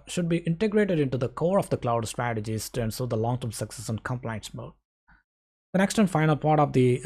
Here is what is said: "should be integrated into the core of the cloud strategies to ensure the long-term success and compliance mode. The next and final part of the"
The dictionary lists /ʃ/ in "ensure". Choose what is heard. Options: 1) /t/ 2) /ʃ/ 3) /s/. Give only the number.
3